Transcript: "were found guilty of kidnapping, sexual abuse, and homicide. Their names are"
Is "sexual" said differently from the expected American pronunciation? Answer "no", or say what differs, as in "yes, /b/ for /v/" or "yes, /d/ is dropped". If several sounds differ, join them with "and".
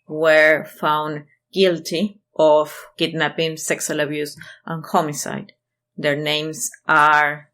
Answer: yes, /s/ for /ʃ/